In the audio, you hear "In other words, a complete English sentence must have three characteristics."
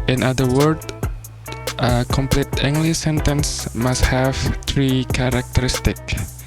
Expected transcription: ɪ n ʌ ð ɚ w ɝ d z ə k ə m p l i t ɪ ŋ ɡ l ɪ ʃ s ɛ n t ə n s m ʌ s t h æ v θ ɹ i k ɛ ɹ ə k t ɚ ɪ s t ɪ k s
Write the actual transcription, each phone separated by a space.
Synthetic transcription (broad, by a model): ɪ n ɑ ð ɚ w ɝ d ə k ə m p l i t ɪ ŋ ɡ l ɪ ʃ s ɛ n t ə n s m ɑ s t h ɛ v t ɹ i k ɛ ɹ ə k t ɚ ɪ s t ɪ k